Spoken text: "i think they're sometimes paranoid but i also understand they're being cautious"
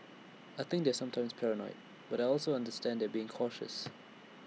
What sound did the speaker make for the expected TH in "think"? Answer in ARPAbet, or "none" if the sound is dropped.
TH